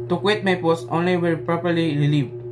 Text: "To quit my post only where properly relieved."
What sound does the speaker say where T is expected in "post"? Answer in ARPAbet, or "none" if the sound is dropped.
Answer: none